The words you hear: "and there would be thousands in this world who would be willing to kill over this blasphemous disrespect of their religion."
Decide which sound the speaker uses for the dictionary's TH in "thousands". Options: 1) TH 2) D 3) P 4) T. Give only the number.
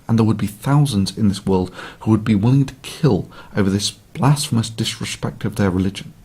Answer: 1